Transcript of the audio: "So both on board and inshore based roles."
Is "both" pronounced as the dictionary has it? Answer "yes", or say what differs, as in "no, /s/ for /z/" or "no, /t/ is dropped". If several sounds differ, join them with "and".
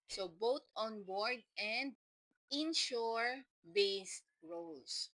no, /t/ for /θ/